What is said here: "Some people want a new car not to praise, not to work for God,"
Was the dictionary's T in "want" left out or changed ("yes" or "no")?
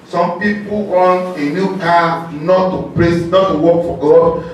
yes